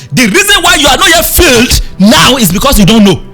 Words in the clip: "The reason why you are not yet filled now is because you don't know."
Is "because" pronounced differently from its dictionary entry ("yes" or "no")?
yes